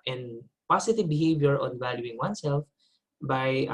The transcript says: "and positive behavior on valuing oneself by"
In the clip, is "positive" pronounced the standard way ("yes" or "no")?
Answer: no